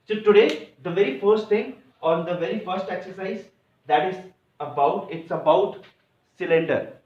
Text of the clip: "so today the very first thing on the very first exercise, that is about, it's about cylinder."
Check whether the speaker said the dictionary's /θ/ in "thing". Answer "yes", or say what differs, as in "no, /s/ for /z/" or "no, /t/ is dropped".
no, /t/ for /θ/